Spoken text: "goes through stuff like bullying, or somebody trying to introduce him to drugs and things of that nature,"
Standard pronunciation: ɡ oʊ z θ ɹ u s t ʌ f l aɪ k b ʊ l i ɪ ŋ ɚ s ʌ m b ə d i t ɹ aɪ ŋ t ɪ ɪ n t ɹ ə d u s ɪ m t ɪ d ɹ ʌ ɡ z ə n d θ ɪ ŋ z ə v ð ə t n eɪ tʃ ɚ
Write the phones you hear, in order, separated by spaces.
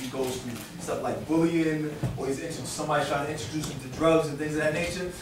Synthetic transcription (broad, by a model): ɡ oʊ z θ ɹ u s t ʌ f l aɪ k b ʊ l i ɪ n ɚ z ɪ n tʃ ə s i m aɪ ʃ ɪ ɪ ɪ n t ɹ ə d u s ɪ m t ɪ d ɹ ʌ ɡ z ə n θ ɪ ŋ z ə ð ə t n eɪ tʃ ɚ